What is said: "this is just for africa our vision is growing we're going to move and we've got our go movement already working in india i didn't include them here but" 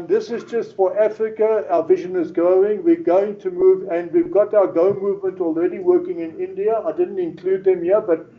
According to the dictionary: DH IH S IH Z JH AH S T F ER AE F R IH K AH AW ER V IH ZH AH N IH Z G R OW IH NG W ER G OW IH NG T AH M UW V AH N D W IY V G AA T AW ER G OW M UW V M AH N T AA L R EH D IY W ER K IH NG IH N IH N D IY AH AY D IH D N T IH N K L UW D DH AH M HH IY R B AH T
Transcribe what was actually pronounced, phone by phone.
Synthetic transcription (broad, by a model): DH IH S IH Z JH AH S T F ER AE F R IH K AH AW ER V IH ZH AH N IH Z G R OW IH NG W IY G OW IH NG T AH M UW V AH N D W IY V G AA T AW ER G OW M UW V M AH N T AA L R EH D IY W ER K IH NG IH N IH N D IY AH AY D IH D N T IH N K L UW D DH AH M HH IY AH B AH T